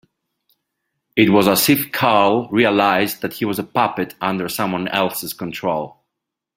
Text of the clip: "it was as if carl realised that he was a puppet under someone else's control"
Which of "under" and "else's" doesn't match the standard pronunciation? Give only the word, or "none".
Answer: none